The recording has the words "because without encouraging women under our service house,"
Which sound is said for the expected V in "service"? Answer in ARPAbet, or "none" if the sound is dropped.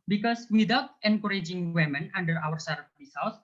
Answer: B